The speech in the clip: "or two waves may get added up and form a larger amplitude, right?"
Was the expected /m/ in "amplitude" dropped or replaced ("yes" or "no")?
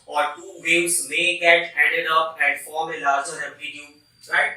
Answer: yes